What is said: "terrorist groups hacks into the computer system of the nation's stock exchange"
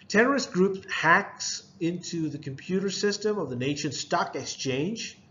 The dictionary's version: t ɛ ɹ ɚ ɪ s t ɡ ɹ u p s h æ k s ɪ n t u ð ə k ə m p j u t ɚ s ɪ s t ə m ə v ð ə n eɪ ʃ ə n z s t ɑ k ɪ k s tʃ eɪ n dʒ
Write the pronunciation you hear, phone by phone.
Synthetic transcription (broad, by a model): t ɛ ɹ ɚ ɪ s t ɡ ɹ u p h æ k s ɪ n t u ð ə k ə m p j u t ɚ s ɪ s t ə m ə v ð ə n eɪ ʃ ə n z s t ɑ k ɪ k s tʃ eɪ n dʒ